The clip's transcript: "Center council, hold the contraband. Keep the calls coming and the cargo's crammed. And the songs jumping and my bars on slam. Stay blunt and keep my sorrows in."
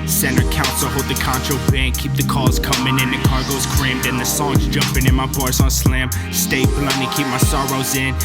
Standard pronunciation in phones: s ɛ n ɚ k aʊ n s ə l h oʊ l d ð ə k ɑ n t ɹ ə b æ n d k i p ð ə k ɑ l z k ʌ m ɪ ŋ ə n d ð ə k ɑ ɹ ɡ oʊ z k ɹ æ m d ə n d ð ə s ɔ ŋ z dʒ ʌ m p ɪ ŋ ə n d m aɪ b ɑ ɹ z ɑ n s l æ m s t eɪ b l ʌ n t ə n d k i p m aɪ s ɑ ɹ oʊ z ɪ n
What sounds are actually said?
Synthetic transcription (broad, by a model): s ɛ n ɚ k aʊ n s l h oʊ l d ð ə k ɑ n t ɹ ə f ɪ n k i p ð ə k ɑ z k ʌ m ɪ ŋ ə n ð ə k ɑ ɹ ɡ oʊ z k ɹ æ m d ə n ð ə s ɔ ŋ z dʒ ʌ m p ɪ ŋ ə n m aɪ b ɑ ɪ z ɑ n s l æ m s t eɪ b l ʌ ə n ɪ k i p m aɪ s ɑ ɹ oʊ z ɪ n